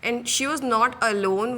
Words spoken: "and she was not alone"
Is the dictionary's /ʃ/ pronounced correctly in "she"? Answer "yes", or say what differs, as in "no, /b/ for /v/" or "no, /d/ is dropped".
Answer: yes